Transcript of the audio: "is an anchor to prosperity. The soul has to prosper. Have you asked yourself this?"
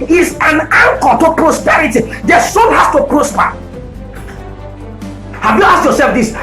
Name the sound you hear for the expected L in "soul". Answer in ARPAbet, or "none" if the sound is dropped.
N